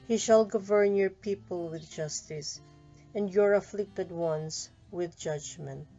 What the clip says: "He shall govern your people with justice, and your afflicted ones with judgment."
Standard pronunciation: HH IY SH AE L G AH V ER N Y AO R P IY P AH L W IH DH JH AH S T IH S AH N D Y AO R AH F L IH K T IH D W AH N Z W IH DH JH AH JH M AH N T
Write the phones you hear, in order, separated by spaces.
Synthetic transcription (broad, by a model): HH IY SH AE L G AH V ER N Y AO R P IY P AH L W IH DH JH AH S T IH S AH N D Y AO R AH F L IH K T IH D W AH N S W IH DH JH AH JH M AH N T